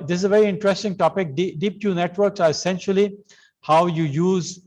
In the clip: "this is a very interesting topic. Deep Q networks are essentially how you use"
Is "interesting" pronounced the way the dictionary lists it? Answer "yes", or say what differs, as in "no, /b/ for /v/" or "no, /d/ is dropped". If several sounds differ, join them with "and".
yes